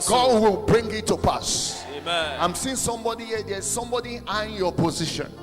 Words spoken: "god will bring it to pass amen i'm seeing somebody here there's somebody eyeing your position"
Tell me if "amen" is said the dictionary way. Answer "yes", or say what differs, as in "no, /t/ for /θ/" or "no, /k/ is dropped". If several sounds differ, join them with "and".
no, /n/ is dropped